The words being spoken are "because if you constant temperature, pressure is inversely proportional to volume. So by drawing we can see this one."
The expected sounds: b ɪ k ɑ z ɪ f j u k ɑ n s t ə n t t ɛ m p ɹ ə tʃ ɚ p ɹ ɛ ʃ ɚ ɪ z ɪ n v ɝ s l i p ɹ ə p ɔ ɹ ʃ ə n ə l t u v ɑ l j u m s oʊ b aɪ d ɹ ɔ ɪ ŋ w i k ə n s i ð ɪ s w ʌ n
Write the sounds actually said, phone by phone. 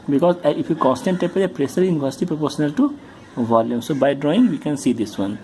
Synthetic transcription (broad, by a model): b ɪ k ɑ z ɪ f j u k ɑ n s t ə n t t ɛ p ə ɚ p ɹ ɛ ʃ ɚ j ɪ n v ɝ s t i p ɹ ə p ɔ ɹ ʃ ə n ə l t u v ɑ l j u m s oʊ b aɪ d ɹ ɔ ɪ ŋ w i k ə n s i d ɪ s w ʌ n